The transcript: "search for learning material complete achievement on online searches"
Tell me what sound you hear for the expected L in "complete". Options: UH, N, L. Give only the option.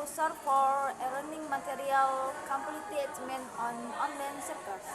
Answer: N